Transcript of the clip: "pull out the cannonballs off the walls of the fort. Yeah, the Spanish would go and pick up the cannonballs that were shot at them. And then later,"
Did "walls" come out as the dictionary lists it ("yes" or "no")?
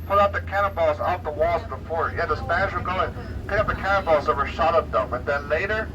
yes